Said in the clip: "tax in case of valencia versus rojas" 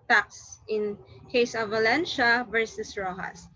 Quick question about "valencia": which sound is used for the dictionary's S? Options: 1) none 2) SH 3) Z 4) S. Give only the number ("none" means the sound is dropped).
2